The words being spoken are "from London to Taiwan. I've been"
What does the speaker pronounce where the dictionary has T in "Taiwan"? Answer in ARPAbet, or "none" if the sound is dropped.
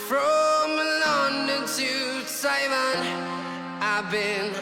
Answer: S